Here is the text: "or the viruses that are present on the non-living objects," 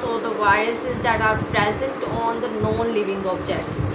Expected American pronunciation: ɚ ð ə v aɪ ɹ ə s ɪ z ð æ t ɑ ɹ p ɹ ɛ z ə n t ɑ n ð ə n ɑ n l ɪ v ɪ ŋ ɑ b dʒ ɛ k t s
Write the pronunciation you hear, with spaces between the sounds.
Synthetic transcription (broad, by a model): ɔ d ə v aɪ ɹ ə s ɪ z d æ t ɑ ɹ p ɹ ɛ z ə n t ɑ n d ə n ɑ n l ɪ v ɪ ŋ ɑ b dʒ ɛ k t s